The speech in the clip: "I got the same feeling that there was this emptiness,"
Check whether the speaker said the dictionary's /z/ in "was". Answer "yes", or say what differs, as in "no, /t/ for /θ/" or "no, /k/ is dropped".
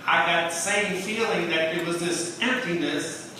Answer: yes